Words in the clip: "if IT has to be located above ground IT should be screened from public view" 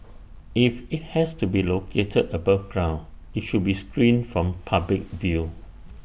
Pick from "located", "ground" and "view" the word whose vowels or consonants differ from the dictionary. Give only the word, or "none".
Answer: ground